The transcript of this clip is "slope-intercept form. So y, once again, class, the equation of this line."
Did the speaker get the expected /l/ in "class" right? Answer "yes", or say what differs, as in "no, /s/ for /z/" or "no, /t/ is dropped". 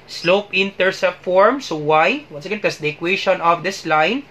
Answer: no, /l/ is dropped